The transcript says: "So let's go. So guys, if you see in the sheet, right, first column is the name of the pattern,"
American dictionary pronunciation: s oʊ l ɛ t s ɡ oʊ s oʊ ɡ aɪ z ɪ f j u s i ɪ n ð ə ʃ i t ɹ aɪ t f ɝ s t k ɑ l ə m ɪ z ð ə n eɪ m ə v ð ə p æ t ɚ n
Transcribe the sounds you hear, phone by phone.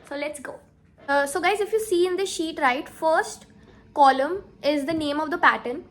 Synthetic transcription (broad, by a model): s oʊ l ɛ t s ɡ oʊ s oʊ ɡ aɪ z ɪ f j u s i ɪ n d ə ʃ i t ɹ aɪ t f ɝ s t k ɑ l ə m ɪ z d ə n eɪ m ə v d ə p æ t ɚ n